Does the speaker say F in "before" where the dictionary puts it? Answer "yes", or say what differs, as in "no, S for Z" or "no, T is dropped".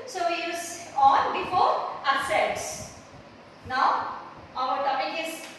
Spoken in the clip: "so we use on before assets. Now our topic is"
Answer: yes